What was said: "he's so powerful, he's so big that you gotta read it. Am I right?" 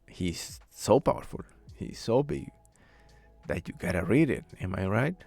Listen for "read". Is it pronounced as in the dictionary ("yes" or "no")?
yes